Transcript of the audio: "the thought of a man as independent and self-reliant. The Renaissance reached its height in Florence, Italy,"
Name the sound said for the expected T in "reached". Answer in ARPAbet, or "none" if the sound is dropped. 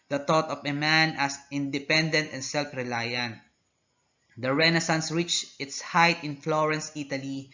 none